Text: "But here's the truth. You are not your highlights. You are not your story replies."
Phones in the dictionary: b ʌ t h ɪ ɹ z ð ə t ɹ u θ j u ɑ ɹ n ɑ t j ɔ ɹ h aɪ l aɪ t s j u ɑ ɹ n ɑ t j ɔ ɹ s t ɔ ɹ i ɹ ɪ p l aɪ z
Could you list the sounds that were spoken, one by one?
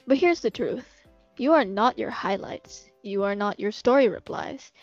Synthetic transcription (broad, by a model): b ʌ t h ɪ ɹ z ð ə t ɹ u θ j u ɑ ɹ n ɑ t j ɔ ɹ h aɪ l aɪ t s j u ɑ ɹ n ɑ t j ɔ ɹ s t ɔ ɹ i ɹ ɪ p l aɪ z